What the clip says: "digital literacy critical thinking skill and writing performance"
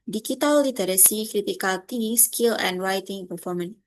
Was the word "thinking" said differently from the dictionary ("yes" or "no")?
yes